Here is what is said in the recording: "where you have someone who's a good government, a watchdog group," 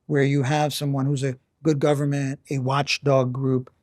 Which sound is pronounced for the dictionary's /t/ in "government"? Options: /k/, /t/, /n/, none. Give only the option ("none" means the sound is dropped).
/t/